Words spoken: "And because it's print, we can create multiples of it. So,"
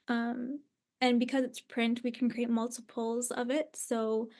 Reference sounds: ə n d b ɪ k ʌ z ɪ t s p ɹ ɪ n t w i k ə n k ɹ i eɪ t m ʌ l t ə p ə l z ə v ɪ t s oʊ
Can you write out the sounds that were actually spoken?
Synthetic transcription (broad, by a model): ə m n b ɪ k ʌ z ɪ t s p ɹ ɪ n t w i k n k ɹ i eɪ t m ʌ l t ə p l z ə v ɪ t s oʊ